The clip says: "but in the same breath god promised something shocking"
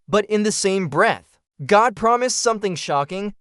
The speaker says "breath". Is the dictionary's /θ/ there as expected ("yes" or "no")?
yes